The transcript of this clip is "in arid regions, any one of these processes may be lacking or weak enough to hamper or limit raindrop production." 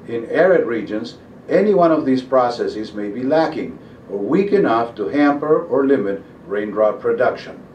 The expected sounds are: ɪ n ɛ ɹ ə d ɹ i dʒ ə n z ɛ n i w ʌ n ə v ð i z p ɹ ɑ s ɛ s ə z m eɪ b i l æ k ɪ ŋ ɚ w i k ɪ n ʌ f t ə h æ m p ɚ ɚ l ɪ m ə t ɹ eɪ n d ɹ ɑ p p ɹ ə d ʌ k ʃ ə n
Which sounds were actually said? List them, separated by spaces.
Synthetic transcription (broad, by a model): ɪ n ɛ ɹ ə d ɹ i dʒ ə n z ɛ n i w ʌ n ə v ð i z p ɹ ɑ s ɛ s ə z m eɪ b i l æ k ɪ ŋ ɚ w i k ɪ n ʌ f t ə h æ m p ɚ ɚ l ɪ m ə t ɹ eɪ n d ɹ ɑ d p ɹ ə d ʌ k ʃ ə n